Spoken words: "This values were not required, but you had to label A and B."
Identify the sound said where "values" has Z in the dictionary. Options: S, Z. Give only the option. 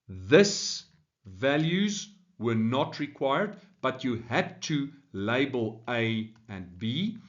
Z